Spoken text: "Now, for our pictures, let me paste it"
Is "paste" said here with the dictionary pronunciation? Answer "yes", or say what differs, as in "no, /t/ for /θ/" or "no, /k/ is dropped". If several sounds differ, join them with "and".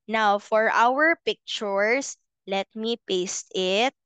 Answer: yes